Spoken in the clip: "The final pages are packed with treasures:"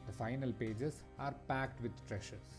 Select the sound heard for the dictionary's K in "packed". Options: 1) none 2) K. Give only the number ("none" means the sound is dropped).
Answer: 2